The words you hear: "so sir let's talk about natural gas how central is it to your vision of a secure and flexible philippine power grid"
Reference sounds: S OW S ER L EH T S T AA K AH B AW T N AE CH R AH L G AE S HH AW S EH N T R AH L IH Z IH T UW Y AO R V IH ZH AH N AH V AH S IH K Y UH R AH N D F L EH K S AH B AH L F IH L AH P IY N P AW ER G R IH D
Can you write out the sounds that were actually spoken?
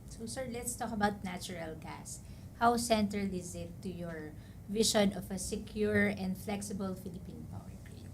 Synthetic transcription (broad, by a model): S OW S ER L EH T S T AA K AH B AW T N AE CH R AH L G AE S HH AW S EH N T R AH L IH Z IH T UW Y AO R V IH SH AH N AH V AH S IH K Y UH R AH N D F L EH K S AH B AH L F IH L AH P IY N P AW ER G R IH